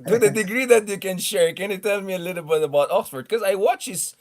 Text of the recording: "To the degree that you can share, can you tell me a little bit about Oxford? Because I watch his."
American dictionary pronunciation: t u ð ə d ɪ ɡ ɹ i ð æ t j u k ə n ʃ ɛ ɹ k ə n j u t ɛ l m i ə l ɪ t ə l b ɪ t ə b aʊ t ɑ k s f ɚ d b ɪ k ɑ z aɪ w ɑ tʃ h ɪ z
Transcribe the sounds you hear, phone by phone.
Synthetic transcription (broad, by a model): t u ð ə d ɪ ɡ ɹ i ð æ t j u k ə n ʃ ɛ ɹ k ə n j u t ɛ l m i ə l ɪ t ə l b ɪ t ə b aʊ t ɑ k s f ɚ d k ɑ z aɪ w ɑ tʃ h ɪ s